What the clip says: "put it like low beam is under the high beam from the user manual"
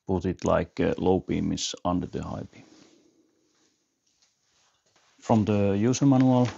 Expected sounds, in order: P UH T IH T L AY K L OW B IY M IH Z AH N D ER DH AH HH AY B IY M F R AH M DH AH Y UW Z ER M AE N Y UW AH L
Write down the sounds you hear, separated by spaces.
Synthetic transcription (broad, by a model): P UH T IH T L AY K L OW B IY M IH S AH N D ER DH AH HH AY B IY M F R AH M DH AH Y UW S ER M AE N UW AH L